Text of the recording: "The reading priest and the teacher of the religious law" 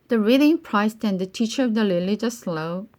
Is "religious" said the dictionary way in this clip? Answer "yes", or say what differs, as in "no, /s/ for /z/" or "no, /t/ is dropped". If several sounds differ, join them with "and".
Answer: no, /l/ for /ɹ/